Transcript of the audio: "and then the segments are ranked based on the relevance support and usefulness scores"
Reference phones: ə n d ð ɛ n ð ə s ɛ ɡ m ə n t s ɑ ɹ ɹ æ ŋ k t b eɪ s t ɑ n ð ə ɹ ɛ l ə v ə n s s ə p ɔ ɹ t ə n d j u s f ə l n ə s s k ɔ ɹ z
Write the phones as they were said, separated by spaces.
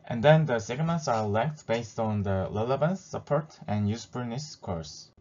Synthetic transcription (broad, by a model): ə n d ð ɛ n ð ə s ɛ ɡ m ə n t s ɑ ɹ l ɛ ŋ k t b eɪ s t ɑ n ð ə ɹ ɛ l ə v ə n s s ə p ɔ ɹ t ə n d j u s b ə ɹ n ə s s k ɔ ɹ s